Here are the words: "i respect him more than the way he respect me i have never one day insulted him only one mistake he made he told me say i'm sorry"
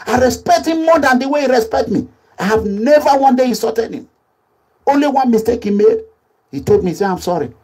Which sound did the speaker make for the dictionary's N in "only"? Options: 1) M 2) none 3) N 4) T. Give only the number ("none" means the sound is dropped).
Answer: 3